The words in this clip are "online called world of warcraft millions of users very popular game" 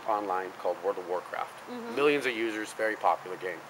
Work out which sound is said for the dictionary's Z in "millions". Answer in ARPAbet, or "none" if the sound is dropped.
Z